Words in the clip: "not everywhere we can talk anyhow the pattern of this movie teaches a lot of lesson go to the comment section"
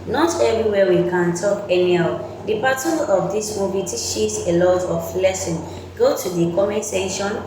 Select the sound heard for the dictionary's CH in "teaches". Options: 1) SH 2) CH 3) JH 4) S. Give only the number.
1